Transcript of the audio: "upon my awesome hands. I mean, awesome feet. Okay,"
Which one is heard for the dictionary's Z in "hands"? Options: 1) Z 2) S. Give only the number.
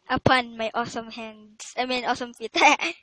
2